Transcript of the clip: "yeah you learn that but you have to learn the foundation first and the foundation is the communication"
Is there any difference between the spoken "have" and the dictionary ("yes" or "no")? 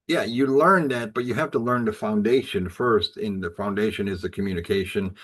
yes